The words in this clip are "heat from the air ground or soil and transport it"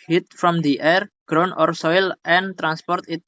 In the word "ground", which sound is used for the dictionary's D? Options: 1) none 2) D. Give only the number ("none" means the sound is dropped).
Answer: 1